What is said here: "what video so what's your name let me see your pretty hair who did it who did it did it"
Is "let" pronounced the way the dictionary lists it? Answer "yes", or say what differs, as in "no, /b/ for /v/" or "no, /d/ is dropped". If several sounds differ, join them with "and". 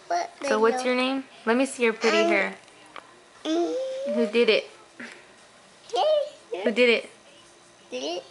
yes